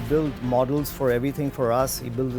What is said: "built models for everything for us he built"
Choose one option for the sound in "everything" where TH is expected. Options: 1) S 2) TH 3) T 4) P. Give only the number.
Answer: 3